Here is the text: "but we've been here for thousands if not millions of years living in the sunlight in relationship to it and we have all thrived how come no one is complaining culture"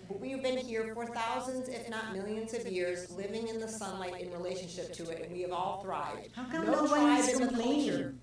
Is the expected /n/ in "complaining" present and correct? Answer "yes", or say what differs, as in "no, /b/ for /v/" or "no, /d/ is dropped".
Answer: no, /n/ is dropped